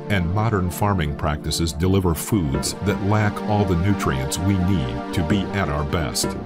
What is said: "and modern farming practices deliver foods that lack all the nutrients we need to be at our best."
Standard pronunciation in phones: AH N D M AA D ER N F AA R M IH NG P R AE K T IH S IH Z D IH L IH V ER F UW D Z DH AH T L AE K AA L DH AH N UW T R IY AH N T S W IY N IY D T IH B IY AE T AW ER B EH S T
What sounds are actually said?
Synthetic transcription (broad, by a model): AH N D M AA D ER N F AA R M IH NG P R AE K T IH S IH Z D IH L IH V ER F UW D Z DH AH T L AE K AA L DH AH N UW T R IY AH N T S W IY N IY D T IH B IY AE T AW ER B EH S T